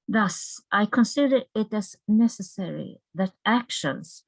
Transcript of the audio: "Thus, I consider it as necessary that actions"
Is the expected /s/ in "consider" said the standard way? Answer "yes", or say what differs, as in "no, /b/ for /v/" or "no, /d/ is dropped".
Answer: yes